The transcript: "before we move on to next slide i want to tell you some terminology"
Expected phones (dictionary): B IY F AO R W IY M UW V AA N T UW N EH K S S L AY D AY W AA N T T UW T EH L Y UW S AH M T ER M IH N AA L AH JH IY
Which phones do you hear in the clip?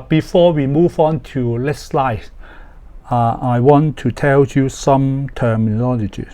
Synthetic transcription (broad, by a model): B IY F AO W IY M UW V AA N T UW L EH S S L AY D AY W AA N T T UW T EH L Y UW S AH M T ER M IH N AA L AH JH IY